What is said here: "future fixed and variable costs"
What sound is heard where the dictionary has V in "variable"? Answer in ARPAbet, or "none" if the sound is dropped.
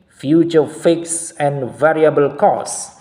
V